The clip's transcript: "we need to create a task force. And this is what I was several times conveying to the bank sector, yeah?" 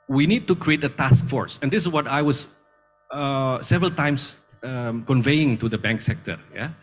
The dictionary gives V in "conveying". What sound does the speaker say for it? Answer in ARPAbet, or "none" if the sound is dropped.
V